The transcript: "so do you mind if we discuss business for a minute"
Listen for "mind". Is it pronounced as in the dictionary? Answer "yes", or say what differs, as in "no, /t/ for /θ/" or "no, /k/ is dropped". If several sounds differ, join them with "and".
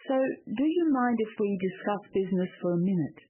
yes